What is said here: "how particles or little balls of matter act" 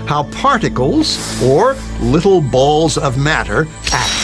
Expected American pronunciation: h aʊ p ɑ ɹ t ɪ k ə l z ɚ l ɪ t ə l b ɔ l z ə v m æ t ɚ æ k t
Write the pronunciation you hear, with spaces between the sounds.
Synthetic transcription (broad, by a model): h aʊ p ɑ ɹ t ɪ k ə l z ɚ l ɪ t l b ɔ l z ə v m æ t ɚ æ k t